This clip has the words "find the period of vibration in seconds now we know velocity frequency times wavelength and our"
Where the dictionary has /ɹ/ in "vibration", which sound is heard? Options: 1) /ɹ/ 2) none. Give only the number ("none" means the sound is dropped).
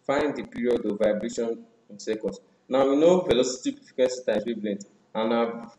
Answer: 1